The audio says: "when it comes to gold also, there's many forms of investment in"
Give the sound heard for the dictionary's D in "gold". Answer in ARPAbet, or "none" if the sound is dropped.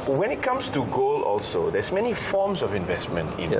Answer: none